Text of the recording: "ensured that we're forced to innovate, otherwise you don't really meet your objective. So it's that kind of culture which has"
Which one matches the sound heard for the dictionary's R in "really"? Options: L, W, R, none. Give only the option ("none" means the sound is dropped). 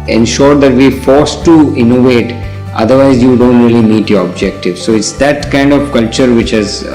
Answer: R